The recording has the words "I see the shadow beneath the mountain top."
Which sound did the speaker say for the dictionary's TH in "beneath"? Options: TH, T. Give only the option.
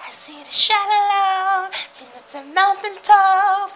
T